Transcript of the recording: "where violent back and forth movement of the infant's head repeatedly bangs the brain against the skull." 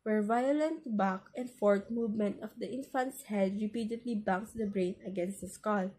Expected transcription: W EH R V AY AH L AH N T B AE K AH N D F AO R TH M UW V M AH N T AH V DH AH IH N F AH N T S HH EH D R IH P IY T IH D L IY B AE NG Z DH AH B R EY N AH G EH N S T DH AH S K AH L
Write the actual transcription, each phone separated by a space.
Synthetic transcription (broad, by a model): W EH R V AY AH L AH N T B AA K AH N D F AO R T M UW V M AH N T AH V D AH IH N F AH N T S HH EH D R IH P IY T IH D L IY B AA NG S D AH B R EY N AH G EH N S T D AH S K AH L